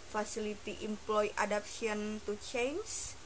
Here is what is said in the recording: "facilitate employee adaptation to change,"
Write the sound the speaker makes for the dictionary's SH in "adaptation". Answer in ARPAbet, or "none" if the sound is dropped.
none